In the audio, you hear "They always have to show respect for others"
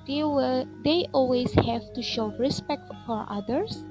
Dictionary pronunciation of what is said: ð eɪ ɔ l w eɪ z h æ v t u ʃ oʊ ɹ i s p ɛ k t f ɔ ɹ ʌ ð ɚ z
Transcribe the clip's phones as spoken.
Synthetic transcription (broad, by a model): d eɪ ɔ l w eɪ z h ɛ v t u ʃ oʊ ɹ i s p ɛ k t f ɔ ɹ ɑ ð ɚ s